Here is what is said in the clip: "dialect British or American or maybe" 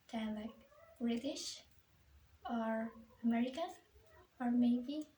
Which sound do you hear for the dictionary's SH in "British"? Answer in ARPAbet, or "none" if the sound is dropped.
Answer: SH